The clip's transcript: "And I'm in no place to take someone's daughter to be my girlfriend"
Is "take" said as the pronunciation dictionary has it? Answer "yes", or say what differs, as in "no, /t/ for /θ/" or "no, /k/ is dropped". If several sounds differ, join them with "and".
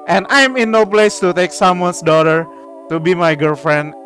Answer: yes